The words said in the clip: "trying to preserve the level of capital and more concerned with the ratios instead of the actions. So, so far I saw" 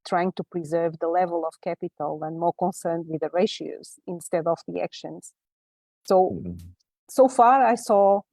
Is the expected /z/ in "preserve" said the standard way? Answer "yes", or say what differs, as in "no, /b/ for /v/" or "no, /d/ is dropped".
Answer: yes